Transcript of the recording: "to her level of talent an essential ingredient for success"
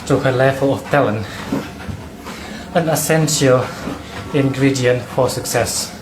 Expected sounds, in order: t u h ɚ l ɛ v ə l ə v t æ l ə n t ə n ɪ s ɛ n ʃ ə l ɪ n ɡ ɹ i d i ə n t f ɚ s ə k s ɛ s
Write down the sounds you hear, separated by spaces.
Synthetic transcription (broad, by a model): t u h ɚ l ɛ f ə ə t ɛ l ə n ə n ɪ s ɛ n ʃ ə l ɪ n ɡ ɹ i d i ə n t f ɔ s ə k s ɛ s